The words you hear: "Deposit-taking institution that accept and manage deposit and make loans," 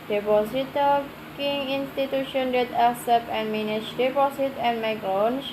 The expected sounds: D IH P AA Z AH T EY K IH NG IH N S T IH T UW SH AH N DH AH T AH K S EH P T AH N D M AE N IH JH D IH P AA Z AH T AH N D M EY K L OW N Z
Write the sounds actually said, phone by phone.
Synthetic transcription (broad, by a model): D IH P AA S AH T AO K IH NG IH N S T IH T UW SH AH N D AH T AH S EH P AH N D M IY N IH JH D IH P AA S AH T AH N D M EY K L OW N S